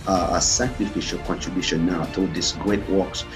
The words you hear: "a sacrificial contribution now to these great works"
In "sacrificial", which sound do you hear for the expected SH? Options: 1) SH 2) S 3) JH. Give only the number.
1